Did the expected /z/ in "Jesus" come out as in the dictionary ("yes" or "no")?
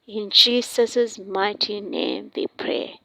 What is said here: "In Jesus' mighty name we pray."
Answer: no